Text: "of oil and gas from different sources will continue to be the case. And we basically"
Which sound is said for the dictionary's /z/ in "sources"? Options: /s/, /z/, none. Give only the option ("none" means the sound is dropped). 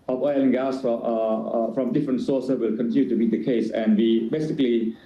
/s/